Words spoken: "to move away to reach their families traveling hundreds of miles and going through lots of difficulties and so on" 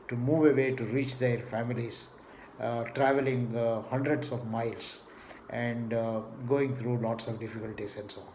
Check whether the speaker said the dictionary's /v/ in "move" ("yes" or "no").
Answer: yes